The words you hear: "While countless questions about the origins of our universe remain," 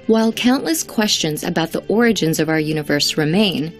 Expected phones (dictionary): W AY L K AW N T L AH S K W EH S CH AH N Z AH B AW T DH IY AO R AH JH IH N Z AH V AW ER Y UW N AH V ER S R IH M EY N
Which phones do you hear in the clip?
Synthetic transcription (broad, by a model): W AY L K AW N T L AH S K W EH S CH AH N Z AH B AW T DH IY AO R AH JH IH N Z AH V AW ER Y UW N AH V ER S R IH M EY N